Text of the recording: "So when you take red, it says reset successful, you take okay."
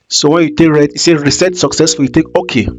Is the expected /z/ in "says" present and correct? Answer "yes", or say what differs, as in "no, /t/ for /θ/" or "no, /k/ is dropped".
no, /z/ is dropped